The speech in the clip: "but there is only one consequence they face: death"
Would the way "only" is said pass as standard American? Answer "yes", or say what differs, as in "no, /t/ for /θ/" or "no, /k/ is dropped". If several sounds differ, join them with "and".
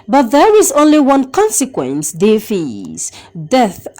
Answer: yes